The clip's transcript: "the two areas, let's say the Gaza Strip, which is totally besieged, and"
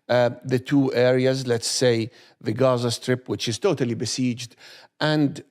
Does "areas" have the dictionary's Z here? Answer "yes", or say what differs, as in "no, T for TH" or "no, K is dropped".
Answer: yes